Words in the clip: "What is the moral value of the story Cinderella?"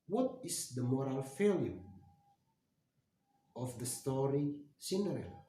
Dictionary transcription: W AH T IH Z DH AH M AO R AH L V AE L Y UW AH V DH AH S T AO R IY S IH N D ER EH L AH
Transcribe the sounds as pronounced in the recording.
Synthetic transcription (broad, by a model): W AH T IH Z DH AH M AO R AH L F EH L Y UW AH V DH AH S T AO R IY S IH N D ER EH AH